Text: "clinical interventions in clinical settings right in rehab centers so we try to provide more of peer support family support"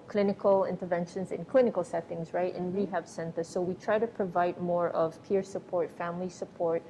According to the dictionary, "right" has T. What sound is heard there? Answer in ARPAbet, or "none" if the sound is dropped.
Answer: T